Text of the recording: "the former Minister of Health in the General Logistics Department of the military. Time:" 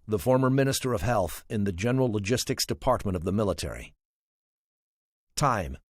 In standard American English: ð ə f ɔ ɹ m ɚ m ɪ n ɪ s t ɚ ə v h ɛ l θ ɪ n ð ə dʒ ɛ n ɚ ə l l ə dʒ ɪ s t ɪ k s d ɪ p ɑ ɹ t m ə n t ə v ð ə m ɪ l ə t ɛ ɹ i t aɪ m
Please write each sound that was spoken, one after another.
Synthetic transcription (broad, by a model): ð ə f ɔ ɹ m ɚ m ɪ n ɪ s t ɚ ə v h ɛ l θ ɪ n ð ə dʒ ɛ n ɚ l l ə dʒ ɪ s t ɪ k s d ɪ p ɑ ɹ t m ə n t ə v ð ə m ɪ l ə t ɛ ɹ i t aɪ m